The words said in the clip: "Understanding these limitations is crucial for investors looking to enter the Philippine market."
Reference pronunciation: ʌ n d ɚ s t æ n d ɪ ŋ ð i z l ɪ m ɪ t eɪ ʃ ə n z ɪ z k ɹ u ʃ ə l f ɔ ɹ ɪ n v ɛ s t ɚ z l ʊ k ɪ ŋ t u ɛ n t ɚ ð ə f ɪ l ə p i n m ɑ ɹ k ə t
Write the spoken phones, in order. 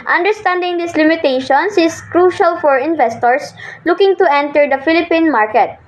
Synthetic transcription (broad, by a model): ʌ n d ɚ s t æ n d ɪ ŋ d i s l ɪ m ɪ t eɪ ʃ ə n s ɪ s k ɹ u ʃ ə l f ɔ ɹ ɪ n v ɛ s t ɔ s l ʊ k ɪ ŋ t u ɛ n t ɚ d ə f ɪ l ə p i n m ɑ ɹ k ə t